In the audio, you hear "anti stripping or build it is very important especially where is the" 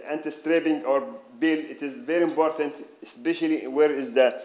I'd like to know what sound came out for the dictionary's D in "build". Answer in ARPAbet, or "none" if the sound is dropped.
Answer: none